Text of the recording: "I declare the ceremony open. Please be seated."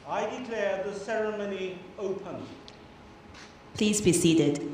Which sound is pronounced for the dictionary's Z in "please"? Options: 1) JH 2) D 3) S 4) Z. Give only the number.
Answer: 4